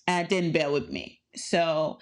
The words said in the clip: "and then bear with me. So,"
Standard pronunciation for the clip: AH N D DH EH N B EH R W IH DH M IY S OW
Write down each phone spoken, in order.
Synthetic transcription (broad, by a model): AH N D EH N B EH L W IH DH M IY S OW